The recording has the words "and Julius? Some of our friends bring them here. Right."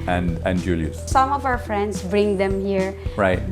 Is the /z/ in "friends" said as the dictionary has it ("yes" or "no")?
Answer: no